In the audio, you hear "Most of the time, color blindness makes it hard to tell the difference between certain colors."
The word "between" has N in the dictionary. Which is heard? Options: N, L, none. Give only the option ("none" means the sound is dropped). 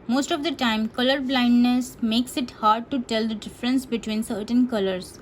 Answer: N